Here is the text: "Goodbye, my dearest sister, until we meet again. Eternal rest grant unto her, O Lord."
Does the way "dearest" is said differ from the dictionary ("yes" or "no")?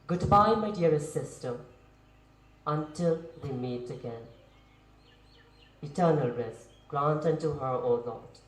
yes